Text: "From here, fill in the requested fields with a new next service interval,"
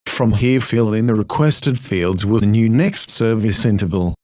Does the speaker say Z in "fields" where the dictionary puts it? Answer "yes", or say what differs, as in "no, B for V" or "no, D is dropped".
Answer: yes